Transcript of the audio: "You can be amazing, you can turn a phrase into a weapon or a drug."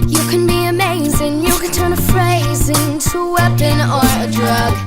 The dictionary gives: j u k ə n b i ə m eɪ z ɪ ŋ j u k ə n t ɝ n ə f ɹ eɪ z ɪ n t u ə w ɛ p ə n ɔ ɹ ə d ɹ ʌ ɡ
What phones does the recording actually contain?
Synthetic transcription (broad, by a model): j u k ə n b i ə m eɪ z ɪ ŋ j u k ə n t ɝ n ə f ɹ eɪ z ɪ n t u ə w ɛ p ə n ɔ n ə d ɹ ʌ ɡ